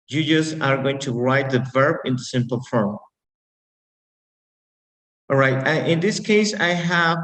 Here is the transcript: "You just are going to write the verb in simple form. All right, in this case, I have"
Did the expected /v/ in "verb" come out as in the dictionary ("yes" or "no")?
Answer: yes